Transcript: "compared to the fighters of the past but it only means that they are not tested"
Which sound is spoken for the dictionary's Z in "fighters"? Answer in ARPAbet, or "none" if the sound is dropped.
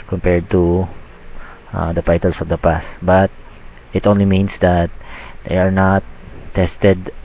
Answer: S